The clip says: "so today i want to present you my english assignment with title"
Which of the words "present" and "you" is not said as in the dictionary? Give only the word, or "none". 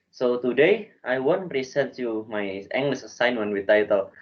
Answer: present